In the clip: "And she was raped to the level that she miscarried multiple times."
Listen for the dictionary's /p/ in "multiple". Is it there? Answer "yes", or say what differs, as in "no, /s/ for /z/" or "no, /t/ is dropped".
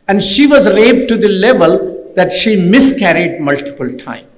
yes